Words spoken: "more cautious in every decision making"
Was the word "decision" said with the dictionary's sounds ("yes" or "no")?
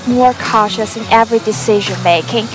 yes